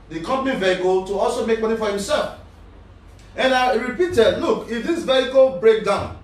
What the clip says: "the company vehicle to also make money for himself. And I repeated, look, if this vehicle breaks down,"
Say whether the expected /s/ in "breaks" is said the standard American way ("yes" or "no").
no